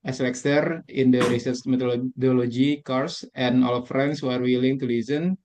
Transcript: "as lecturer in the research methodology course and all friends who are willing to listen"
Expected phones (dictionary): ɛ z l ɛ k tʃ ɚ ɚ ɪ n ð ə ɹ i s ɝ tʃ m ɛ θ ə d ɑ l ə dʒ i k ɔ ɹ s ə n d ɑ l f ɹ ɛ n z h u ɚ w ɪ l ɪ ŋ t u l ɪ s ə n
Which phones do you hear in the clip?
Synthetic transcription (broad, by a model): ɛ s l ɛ k s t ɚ ɪ n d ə ɹ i s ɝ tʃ m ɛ t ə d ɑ l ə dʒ i k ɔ ɹ s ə n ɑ l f ɹ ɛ n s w ɚ w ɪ l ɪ ŋ t u l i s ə n